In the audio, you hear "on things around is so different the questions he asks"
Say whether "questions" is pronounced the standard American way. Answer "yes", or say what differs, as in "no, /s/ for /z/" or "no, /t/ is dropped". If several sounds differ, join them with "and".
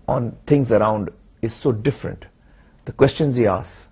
yes